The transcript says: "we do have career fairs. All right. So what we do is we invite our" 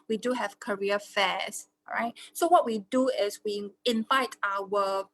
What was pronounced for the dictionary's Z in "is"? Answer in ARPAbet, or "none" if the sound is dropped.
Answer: S